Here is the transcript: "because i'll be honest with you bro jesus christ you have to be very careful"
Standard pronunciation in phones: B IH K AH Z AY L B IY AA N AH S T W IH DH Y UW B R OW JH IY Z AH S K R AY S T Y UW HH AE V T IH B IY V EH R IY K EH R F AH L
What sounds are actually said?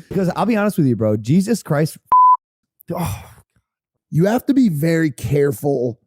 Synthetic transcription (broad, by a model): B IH K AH Z AY L B IY AA N AH S T W IH DH Y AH B R OW JH IY Z AH S K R AY S T Y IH HH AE F T IH B IY V EH R IY K EH R F L